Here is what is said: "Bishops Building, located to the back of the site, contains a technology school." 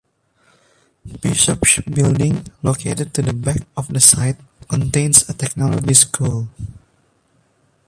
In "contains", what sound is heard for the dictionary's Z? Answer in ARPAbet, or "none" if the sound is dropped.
S